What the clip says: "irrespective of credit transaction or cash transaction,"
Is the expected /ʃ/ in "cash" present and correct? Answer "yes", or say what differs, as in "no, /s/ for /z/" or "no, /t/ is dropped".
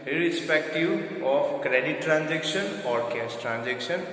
no, /s/ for /ʃ/